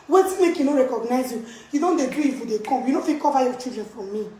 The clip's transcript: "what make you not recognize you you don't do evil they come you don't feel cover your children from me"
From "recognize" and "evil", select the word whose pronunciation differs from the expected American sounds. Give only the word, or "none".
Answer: evil